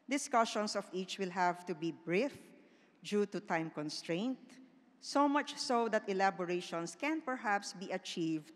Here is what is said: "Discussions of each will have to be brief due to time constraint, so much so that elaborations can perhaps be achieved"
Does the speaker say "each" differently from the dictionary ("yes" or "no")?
no